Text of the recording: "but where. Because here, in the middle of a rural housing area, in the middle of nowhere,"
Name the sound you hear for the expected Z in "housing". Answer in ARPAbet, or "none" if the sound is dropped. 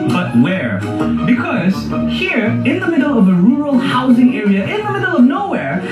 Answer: Z